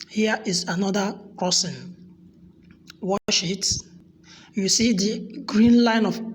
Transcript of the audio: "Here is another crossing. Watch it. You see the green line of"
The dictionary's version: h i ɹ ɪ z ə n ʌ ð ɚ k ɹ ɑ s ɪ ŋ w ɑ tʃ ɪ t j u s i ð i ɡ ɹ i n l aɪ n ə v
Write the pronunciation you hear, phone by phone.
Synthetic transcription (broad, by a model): h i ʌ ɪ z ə n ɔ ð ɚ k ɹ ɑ s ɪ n w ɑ ʃ ɪ t j u s i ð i ɡ ɹ i n l aɪ n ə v